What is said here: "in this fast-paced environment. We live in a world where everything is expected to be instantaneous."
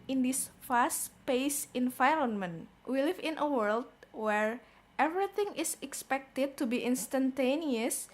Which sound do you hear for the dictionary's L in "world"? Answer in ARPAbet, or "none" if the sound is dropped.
L